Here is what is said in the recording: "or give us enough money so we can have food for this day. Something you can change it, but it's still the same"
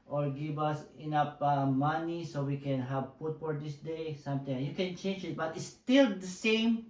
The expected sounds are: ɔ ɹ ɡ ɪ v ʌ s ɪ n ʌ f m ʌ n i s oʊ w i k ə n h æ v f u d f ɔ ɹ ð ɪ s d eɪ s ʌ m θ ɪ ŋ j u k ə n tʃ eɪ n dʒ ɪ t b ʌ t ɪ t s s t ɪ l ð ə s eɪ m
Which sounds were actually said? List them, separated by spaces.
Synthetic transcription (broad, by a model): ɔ ɹ ɡ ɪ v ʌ s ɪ n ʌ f m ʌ n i s oʊ w i k ə n h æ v p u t f ɔ ɹ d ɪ s d eɪ s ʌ m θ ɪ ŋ j u k ə n tʃ eɪ n dʒ ɪ t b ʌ t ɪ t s s t ɪ l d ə s eɪ m